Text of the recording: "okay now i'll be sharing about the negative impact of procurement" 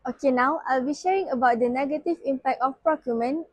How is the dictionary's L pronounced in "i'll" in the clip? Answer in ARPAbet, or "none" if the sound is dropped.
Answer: L